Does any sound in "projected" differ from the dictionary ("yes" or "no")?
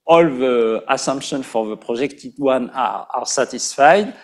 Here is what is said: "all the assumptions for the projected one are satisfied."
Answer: yes